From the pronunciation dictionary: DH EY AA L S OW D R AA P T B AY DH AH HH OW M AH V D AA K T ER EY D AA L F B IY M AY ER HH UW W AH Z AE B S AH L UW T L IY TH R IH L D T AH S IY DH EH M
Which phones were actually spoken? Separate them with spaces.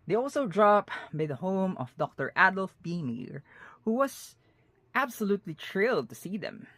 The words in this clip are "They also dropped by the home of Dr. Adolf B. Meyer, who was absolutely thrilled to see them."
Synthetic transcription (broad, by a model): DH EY AA L S OW D R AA P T B AY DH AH HH OW M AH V D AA K T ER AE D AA L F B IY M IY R HH UW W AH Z AE B S AH L UW T L IY T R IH L D T AH S IY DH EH M